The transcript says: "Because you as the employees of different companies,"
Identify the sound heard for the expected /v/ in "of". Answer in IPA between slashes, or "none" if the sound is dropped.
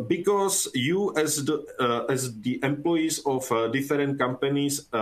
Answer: /f/